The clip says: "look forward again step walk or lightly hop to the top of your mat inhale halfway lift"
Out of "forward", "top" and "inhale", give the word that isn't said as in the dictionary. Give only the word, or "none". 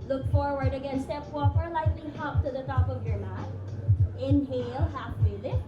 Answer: none